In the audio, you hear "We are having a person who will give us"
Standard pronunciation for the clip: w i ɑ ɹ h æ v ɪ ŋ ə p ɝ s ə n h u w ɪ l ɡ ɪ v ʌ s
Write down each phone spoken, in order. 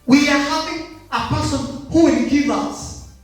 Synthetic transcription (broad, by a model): w i ɑ ɹ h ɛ p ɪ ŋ ə p ɝ s ə n h u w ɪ n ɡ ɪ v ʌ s